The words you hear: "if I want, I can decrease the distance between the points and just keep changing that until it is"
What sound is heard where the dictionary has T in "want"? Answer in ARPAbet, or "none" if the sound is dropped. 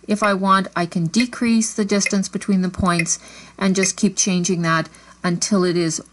T